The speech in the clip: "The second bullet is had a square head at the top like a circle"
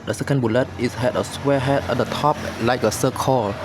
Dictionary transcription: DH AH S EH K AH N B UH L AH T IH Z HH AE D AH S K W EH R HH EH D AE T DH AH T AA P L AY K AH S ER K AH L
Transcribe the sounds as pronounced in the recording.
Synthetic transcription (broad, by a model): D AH S EH K AH N B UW L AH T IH S HH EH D AH S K W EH HH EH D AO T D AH T AA P L AY K AH S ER K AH L